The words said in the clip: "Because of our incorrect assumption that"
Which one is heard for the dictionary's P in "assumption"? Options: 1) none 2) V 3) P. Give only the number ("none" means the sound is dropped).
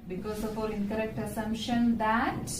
1